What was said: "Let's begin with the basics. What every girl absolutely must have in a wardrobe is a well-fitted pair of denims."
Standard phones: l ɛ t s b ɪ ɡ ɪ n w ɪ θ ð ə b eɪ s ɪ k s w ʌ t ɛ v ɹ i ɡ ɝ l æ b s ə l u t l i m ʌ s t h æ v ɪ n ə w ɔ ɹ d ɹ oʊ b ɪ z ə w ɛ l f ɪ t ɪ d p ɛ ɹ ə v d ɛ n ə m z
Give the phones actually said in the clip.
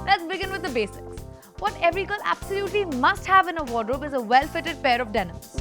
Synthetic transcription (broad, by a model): l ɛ t s b ɪ ɡ ɪ n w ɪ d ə b eɪ s ɪ k s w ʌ t ɛ v ɹ i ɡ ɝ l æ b s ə l u t l i m ʌ s t h æ v ɪ n ə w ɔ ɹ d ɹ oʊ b ɪ z ə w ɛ l f ɪ t ɪ d p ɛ ɹ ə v d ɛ n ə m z